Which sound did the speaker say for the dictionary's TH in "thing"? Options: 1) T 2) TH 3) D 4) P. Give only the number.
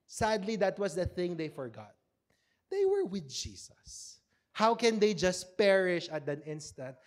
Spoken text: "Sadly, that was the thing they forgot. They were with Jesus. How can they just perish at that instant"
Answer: 2